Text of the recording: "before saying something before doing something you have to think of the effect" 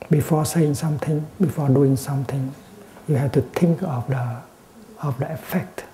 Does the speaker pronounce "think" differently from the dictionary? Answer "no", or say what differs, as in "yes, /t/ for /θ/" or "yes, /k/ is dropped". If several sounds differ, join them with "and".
yes, /t/ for /θ/